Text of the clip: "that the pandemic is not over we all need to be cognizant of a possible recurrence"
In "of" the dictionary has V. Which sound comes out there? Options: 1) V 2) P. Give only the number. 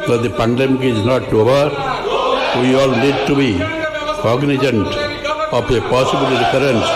2